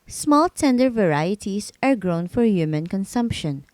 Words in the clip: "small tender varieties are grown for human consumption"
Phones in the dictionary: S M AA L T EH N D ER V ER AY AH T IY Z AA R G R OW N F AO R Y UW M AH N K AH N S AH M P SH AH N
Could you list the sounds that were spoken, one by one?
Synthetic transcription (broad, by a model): S M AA L T EH N D ER V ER AY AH T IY S AA R G R OW N F AO R Y UW M AH N K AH N S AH M P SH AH N